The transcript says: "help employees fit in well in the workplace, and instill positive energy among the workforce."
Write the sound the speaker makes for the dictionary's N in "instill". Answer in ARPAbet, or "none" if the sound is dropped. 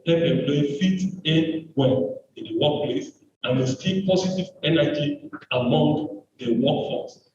none